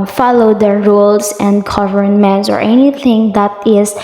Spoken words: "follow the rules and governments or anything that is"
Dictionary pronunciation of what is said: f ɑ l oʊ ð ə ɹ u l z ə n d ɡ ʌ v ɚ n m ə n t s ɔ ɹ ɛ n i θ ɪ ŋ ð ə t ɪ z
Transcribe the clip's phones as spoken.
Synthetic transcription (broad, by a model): f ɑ l oʊ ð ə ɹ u l s ə n d ɡ ʌ v ɚ n m ə n t s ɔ ɹ ɛ n i θ ɪ ŋ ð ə t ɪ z